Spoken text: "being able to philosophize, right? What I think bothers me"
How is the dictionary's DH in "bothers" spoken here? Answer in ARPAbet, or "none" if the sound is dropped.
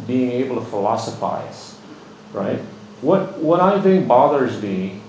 DH